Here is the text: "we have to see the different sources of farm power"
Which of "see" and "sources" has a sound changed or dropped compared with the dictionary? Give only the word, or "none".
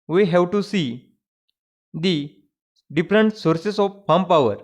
sources